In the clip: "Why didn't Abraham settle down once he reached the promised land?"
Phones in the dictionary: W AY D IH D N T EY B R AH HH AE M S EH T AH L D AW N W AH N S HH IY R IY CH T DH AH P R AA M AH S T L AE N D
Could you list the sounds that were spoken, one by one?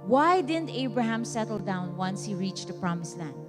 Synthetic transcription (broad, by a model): W AY D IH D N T EY B R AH HH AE M S EH T AH L D AW N W AH N S HH IY R IY CH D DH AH P R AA M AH S L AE N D